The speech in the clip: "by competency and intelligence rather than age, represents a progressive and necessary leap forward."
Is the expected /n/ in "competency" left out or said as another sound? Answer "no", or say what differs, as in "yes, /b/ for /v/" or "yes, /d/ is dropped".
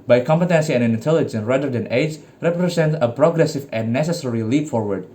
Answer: no